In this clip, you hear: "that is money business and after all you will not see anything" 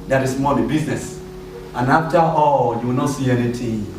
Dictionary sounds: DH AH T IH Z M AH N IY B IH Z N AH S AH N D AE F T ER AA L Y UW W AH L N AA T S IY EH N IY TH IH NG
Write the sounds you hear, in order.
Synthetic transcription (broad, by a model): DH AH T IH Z M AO L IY B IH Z N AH S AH N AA F T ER AA L Y UW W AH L N AA T S IY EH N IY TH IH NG